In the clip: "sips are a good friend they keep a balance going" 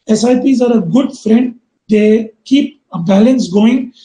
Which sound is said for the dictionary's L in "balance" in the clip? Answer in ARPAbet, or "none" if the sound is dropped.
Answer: L